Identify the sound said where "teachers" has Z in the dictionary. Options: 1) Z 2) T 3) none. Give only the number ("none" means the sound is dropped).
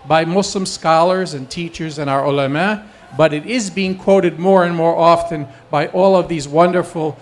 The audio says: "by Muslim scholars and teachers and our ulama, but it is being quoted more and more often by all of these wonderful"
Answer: 1